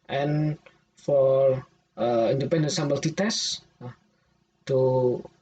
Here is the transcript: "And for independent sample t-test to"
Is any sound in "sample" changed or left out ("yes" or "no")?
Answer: yes